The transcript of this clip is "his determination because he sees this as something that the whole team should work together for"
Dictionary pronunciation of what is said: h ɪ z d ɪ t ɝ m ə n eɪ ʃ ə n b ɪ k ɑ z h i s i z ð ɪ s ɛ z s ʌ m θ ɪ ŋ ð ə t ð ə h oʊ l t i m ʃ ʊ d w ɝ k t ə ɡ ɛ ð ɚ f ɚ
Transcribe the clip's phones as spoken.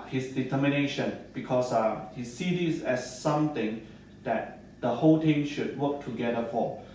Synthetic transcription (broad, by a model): h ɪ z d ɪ t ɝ m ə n eɪ ʃ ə n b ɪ k ɑ s h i s i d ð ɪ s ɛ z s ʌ m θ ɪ ŋ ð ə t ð ə h oʊ l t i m ʃ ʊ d w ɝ k t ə ɡ ɛ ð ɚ f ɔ